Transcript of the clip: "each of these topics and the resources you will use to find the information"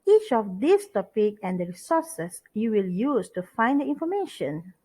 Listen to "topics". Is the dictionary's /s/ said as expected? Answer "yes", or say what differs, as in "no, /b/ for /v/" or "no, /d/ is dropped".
no, /s/ is dropped